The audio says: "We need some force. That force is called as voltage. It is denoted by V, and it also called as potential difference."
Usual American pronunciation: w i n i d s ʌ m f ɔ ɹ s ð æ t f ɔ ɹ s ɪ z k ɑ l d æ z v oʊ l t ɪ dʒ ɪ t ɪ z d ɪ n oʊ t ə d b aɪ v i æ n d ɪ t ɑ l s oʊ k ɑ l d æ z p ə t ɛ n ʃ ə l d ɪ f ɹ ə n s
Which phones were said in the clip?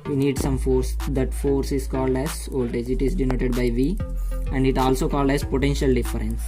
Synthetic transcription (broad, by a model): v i n i d s ʌ m f ɔ ɹ s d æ t f ɔ ɹ s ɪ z k ɑ l d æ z oʊ l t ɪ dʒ ɪ t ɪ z d ɪ n oʊ t ə d b aɪ v i æ n d ɪ t ɑ l s oʊ k ɑ l d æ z p ə t ɛ n ʃ ə l d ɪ f ɹ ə n s